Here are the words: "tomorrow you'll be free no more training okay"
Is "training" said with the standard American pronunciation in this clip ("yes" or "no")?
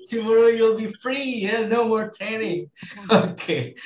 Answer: no